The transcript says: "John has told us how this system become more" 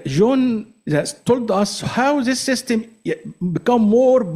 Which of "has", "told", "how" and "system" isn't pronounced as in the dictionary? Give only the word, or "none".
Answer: has